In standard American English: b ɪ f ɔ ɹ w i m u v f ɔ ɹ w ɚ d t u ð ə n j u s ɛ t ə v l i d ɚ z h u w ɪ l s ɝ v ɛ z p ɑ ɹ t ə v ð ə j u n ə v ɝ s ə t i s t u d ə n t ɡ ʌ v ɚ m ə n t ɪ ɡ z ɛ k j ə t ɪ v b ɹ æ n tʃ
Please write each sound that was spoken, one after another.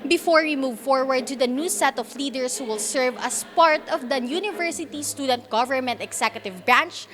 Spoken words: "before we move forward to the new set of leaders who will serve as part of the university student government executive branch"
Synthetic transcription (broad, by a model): b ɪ f ɔ ɹ w i m u v f ɔ ɹ w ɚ d t u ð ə n j u s ɛ t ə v l i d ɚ s h u w ɪ l s ɝ v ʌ s p ɑ ɹ t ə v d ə j u n ə v ɝ s ə t i s t u d ə n t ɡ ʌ v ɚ m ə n t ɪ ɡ s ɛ k j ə t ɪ v b ɹ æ n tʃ